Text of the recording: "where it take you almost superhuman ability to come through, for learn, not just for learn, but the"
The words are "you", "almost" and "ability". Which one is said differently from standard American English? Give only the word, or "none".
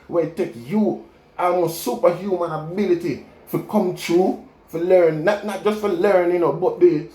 almost